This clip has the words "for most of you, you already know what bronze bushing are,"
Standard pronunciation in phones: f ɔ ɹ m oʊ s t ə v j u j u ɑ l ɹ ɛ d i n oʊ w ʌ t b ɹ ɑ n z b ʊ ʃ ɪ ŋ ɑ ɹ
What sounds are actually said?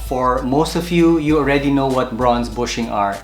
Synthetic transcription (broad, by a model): f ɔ ɹ m oʊ s t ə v j u j u ɑ l ɹ ɛ d i n oʊ w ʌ t b ɹ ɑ n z b ʊ ʃ ɪ ŋ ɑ ɹ